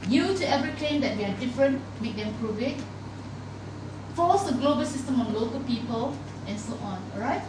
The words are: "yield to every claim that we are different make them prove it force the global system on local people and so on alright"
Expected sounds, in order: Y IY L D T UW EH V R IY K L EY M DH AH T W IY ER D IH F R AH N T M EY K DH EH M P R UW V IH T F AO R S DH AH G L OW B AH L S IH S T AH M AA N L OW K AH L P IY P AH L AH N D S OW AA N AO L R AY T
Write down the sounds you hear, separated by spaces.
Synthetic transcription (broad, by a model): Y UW T UW EH V R IY K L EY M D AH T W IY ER D IH F R AH N T M EY K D EH M P R UW V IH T F AO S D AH G L OW B AH L S IH S T AH M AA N L OW K AH L P IY P AH L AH N S OW AA N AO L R AY T